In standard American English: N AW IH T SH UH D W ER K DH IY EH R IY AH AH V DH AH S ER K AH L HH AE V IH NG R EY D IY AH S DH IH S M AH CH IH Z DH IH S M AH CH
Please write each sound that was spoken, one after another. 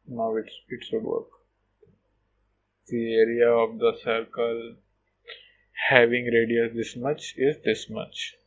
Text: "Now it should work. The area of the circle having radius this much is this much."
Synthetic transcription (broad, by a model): N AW IH T S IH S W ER K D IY EH R IY AH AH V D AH S ER K AH L HH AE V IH NG R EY D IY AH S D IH S M AH CH IH Z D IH S M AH CH